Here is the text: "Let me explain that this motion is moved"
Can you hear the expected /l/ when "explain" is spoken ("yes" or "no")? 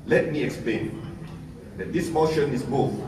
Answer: yes